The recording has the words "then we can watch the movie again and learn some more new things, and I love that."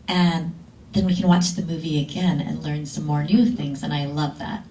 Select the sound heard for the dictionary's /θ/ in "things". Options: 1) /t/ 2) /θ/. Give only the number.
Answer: 2